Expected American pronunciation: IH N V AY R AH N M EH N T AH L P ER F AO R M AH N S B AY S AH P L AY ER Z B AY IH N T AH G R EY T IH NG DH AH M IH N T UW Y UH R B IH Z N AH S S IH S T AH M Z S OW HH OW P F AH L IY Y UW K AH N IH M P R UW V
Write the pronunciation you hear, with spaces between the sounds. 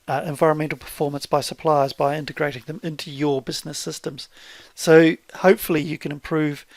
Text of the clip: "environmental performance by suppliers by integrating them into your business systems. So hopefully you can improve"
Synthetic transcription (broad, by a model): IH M V AY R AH N M EH N T L P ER F AO R M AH N S B AY S AH P L AY ER Z B AY IH N T AH G R EY T IH NG DH AH M IH N T UW Y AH R B IH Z N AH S S IH S T AH M Z S OW HH OW P F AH L IY Y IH K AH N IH M P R UW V